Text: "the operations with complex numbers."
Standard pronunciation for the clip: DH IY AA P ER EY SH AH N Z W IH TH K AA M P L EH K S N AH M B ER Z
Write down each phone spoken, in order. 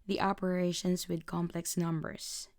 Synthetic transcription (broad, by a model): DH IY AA P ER EY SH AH N S W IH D K AA M P L EH K S N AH M B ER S